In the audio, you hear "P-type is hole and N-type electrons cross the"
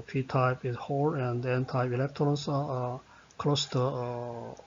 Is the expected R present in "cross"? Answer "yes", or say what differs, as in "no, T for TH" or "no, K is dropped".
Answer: no, L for R